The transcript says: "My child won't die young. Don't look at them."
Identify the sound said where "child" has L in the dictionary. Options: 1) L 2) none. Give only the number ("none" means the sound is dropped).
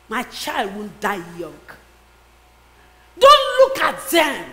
1